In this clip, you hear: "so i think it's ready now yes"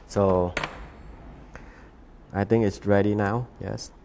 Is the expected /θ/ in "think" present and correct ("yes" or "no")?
no